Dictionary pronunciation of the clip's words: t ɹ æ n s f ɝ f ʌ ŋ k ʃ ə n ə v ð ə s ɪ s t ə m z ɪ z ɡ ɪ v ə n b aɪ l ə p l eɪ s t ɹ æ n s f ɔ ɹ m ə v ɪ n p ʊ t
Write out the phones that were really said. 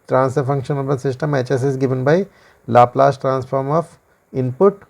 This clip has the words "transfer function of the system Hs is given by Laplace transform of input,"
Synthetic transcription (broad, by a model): t ɹ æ n s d f ʌ ŋ k ʃ ə n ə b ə s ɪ s t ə m s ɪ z ɡ ɪ v ə n b aɪ l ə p l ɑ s t ɹ æ n s f ɔ ɹ m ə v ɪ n p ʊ t